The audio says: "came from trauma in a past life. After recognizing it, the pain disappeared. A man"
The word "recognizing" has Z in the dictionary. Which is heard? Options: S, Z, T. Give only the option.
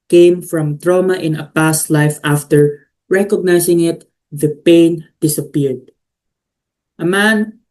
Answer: S